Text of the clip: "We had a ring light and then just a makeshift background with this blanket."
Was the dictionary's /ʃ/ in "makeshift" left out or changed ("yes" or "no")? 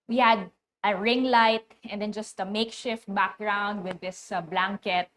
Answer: no